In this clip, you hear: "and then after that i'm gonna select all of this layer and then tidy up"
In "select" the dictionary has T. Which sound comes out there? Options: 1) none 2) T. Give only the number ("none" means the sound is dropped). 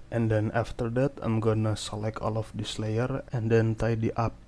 1